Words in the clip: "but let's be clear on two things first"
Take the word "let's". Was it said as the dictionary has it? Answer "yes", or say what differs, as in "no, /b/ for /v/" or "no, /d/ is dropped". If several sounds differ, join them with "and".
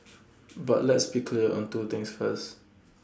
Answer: yes